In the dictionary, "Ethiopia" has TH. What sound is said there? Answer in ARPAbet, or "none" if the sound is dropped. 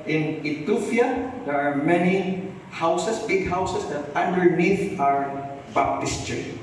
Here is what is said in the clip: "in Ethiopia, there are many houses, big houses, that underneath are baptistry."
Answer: T